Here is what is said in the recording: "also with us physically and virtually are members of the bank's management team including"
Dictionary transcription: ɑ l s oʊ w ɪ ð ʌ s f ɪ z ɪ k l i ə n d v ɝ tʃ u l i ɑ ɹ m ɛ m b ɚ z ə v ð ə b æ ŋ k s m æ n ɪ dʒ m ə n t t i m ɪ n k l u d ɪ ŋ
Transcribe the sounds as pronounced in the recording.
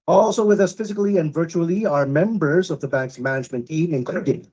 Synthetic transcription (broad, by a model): ɑ l s oʊ w ɪ ð ʌ s f ɪ z ɪ k l i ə n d v ɝ tʃ u l i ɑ ɹ m ɛ m b ɚ z ə v ð ə b æ ŋ k s m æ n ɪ dʒ m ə n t t i m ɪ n k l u d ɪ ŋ